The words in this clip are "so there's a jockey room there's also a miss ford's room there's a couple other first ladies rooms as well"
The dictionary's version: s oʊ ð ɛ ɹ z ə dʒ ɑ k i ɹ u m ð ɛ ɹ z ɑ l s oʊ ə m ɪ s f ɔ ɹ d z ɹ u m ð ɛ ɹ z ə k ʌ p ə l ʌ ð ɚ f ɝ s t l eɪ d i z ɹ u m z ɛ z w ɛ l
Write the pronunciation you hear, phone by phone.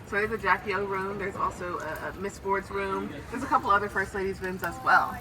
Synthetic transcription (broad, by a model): s oʊ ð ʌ ɹ z ə dʒ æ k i ɹ u m ð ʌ ɹ z ɑ l s oʊ ə m ɪ s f ɔ ɹ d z ɹ u m ð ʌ ɹ z ə k ʌ p l ʌ ð ɚ f ɝ s t l eɪ d i z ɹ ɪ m z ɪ z w ɛ l